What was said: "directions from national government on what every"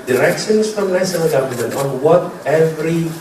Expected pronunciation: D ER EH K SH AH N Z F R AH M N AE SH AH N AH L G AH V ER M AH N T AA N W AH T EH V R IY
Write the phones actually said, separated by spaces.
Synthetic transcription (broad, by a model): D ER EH K SH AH N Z F R AH M L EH S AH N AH G AH V ER M AH N T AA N W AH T EH V R IY